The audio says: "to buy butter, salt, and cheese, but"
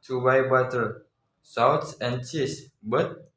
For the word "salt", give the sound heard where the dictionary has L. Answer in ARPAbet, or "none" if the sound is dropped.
W